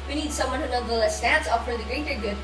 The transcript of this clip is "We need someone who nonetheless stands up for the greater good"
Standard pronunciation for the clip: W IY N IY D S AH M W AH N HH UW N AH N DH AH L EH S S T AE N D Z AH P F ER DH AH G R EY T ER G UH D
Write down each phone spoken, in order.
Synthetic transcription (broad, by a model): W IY N IY D S AH M W AH N HH UW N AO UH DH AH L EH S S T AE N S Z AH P F ER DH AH G R EY T ER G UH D